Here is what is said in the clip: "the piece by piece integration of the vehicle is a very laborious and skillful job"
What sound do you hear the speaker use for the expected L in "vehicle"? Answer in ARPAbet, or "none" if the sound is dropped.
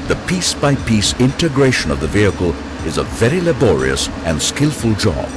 L